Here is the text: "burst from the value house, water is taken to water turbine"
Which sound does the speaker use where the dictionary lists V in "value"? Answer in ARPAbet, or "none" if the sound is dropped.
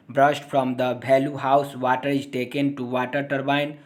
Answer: B